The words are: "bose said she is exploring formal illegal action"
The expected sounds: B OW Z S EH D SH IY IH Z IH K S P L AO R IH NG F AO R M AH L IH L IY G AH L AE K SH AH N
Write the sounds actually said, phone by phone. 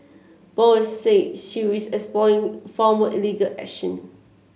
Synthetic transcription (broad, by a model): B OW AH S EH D SH IY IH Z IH K S P L AO IH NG F AO M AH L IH L IY G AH L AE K SH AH N